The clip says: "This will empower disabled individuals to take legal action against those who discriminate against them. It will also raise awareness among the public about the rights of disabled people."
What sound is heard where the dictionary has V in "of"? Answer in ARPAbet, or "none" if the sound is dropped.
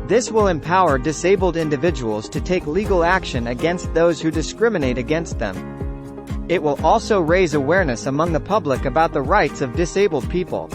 V